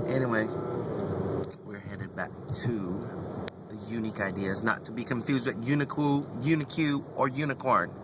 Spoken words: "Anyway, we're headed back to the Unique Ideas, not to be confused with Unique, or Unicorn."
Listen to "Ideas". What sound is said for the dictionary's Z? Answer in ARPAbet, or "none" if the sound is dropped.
Z